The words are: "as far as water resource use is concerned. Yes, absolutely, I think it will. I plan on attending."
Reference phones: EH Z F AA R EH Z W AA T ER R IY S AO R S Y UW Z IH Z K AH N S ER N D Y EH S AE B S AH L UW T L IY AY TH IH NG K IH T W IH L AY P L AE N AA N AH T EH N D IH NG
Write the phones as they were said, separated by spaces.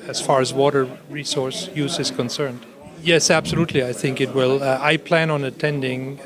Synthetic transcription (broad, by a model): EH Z F AA R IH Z W AA T ER R IY S AO R S Y UW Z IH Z K AH N S ER N D Y EH S AE B S AH L UW T L IY AY TH IH NG K IH T W IH L AY P L AE N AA N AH T EH N D IH NG